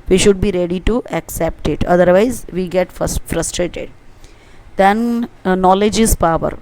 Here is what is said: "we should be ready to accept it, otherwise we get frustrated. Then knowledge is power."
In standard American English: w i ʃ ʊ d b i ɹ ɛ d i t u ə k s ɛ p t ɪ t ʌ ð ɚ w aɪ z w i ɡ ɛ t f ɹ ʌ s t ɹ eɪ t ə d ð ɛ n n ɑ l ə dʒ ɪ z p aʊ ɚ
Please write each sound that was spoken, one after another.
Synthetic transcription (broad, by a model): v i ʃ ʊ d b i ɹ ɛ d i t u ə k s ɛ p t ɪ t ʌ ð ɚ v aɪ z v i ɡ ɛ t f ɹ ʌ s t ɹ eɪ t ə d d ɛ n n ɑ l ə dʒ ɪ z p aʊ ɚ